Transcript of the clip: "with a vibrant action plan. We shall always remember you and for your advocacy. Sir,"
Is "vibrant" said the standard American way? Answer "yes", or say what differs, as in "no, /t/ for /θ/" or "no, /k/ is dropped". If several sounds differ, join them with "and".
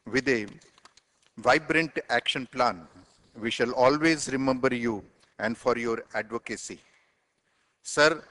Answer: yes